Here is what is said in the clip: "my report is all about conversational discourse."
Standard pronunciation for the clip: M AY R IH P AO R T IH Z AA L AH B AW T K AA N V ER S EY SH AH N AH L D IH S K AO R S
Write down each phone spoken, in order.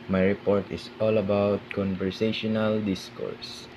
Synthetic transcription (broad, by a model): M AY R IH P AO R T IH S AA L AH B AW T K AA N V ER S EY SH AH N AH L D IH S K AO R S